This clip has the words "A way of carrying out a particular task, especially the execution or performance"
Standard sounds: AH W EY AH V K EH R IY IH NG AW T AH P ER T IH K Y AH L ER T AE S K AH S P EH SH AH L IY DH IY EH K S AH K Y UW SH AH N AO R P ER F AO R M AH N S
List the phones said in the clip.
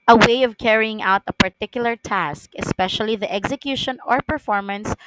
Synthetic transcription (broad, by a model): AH W EY AH V K EH R IY IH NG AW T AH P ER T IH K Y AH L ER T AE S K AH S P EH SH AH L IY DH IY EH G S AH K Y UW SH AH N AO R P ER F AO R M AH N S